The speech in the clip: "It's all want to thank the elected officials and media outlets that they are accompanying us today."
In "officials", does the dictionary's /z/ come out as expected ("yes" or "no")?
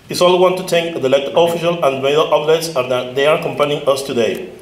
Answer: no